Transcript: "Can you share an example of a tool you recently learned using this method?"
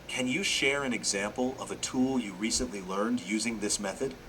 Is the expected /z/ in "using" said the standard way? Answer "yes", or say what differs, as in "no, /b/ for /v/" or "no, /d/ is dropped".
yes